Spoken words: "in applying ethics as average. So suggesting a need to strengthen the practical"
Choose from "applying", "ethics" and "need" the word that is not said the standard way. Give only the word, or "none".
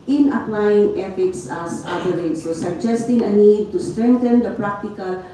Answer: ethics